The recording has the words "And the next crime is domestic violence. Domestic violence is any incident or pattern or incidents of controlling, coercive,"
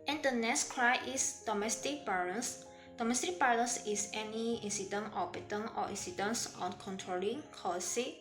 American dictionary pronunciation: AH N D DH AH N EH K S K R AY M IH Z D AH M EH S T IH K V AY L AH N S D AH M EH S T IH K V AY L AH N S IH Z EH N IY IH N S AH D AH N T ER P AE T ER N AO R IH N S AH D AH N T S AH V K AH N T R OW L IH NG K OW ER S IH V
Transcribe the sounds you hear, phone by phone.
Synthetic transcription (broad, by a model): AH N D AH N EH K S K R AY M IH S D AH M EH S T IH K B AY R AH N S D AH M EH S T IH K B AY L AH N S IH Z EH N IY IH N S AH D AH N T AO B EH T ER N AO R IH N S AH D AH N S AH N K AH N T R OW L IH NG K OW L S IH